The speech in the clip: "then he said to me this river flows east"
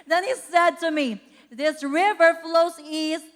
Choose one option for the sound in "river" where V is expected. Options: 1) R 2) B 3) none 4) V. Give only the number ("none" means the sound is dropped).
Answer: 4